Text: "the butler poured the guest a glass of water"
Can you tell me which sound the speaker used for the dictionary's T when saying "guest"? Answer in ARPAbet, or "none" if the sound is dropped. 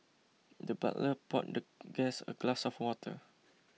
none